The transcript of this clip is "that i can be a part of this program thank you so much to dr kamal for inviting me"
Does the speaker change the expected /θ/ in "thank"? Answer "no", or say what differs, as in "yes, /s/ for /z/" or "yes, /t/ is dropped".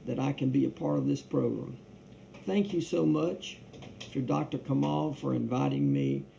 no